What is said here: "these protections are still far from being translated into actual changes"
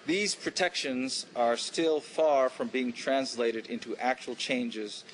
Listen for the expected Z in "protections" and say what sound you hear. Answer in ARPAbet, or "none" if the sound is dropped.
Z